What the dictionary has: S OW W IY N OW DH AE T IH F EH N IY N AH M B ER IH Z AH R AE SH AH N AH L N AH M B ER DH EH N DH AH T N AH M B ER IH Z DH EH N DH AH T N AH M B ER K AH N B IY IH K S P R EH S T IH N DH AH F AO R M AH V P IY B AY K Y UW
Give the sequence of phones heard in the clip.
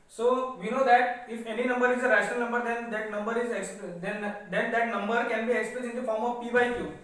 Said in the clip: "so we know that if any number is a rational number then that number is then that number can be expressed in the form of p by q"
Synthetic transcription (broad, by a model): S OW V IY N OW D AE T IH F EH N IY N AH M B ER IH Z AH R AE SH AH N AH L N AH M B ER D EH N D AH T N AH M B ER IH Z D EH N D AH T N AH M B ER K AH N B IY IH K S P L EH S IH N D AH F AO R M AH V P IY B AY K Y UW